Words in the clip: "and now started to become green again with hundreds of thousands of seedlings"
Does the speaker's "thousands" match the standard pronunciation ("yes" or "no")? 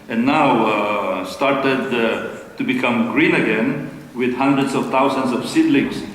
no